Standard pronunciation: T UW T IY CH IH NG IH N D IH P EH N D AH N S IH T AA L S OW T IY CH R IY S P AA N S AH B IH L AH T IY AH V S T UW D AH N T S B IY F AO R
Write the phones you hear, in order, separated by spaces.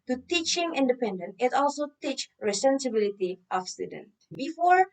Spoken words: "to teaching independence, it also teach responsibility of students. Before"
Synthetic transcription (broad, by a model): T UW T IY CH IH NG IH N D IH P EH N D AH N IH T AA L S OW T IY CH R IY S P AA N S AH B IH L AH T IY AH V S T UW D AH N B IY F AO R